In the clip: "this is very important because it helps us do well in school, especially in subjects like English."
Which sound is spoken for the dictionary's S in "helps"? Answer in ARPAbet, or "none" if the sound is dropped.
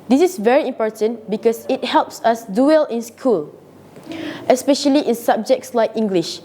S